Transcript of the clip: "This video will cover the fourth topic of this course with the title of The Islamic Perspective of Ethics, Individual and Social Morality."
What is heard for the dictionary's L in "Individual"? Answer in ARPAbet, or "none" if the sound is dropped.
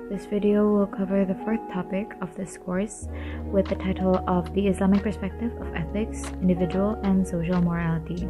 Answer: L